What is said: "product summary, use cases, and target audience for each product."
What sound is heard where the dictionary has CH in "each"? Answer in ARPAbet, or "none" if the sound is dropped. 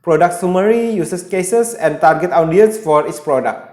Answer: S